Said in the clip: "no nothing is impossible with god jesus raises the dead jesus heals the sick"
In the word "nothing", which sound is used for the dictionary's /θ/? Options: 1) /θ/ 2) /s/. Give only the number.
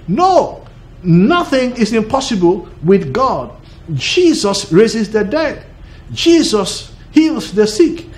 1